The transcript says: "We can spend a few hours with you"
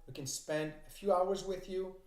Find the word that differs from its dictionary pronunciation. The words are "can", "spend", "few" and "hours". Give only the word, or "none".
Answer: none